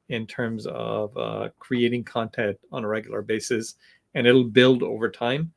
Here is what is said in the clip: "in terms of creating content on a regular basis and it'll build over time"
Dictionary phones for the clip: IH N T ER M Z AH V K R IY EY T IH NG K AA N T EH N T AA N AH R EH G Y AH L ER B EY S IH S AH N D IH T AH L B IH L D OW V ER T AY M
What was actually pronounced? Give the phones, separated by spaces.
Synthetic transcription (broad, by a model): IH N T ER M Z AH V K R IY EY T IH NG K AA N T EH N T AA N AH R EH G Y L ER B EY S IH S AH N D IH T L B IH L D OW V ER T AY M